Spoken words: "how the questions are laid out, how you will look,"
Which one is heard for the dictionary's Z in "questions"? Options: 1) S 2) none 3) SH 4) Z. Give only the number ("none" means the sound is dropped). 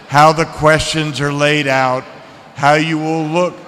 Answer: 4